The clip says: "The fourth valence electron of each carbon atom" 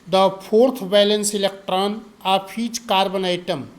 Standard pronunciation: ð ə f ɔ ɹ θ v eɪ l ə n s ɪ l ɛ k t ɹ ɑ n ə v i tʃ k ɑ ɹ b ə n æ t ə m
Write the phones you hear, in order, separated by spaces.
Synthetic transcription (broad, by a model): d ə p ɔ ɹ t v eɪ l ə n s ɪ l ɛ k t ɹ ɑ n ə p i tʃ k ɑ ɹ b ə n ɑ t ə m